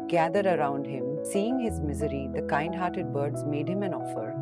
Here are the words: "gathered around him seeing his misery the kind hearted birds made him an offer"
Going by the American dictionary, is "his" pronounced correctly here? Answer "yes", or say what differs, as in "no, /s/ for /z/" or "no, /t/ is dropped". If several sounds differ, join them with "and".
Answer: yes